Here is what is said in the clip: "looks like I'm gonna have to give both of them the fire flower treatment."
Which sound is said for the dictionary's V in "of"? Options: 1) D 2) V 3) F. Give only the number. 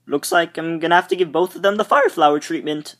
2